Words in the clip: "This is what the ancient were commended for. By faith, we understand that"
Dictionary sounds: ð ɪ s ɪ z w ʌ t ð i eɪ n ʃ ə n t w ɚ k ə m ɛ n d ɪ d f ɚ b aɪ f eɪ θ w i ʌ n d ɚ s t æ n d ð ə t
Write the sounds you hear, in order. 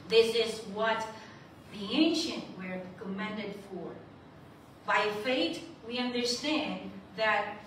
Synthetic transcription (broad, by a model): ð ɪ s ɪ z w ʌ t ð i eɪ n ʃ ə n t w ɚ k ə m ɛ n d ɪ d f ɚ b aɪ f eɪ t w i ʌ n d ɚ s t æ n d ð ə t